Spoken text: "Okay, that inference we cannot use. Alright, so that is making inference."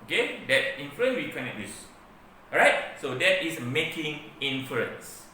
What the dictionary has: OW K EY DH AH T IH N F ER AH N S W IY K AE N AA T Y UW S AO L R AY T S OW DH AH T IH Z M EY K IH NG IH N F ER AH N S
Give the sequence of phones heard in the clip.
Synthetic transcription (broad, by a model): OW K EY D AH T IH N F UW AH N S W IY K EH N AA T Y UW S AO R AY T S OW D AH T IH S M EY K IH NG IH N F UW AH N S